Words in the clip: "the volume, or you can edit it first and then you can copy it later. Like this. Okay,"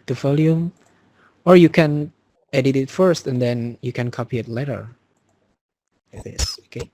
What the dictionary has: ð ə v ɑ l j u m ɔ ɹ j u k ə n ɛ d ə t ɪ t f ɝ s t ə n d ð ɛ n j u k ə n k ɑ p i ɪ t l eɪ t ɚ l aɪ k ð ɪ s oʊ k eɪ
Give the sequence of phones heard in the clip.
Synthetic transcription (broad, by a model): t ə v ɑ l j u m ɔ ɹ j u k ə n ɛ d ə t ɪ t f ɝ s t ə n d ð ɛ n j u k ə n k ɑ p i ɪ t l eɪ t ɚ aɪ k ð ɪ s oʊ k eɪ